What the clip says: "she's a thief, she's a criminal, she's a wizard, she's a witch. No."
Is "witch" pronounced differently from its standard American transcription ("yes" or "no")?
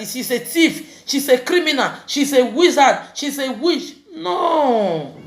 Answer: yes